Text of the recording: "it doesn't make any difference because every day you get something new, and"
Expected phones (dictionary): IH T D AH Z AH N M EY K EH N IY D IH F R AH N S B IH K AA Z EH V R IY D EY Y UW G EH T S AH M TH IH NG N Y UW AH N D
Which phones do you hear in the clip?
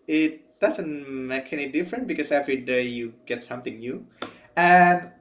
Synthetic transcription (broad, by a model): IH T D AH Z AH N M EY K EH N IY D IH F R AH N B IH K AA S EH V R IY D EY Y UW G EH T S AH M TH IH NG N Y UW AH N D